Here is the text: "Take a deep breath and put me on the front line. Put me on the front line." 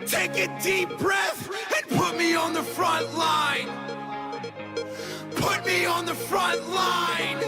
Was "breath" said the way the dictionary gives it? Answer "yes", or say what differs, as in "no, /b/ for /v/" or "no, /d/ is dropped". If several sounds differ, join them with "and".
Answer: yes